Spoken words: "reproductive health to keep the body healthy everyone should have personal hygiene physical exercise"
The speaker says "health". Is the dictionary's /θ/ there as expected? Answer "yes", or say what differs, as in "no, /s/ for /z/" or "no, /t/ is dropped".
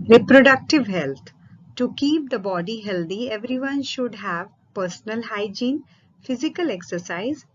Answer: no, /t/ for /θ/